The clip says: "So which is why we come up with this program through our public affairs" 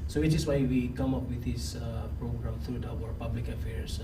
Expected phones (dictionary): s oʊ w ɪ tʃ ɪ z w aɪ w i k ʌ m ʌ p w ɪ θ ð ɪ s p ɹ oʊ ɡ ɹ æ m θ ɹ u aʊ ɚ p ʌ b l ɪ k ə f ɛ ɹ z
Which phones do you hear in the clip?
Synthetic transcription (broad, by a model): s oʊ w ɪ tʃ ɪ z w aɪ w i k ʌ m ʌ p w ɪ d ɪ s p ɹ oʊ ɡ ɹ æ m t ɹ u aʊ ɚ p ʌ b l ɪ k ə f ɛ ɹ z